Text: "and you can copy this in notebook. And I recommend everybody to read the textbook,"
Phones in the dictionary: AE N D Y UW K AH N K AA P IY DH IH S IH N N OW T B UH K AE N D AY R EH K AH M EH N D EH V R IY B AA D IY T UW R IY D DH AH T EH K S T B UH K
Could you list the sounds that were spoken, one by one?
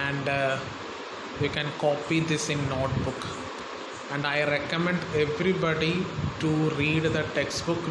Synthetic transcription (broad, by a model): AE N D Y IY K AH N K AA P IY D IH S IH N N OW T B UH K AE N D AY R EH K AH M EH N D EH V R IY B AA D IY T UW R IY D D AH T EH K S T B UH K